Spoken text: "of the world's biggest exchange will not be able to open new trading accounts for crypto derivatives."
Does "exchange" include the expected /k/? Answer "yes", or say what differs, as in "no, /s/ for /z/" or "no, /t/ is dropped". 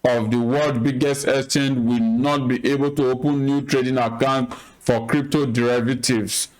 no, /k/ is dropped